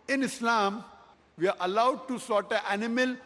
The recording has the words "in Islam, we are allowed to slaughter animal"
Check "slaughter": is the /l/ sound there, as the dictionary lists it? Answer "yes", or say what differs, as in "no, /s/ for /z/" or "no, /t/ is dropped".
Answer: no, /l/ is dropped